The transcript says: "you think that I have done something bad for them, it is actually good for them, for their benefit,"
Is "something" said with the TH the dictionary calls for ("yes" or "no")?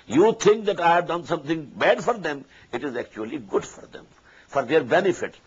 no